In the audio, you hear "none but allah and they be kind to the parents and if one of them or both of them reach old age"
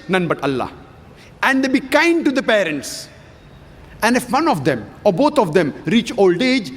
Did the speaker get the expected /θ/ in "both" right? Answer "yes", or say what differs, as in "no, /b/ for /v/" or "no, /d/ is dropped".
no, /t/ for /θ/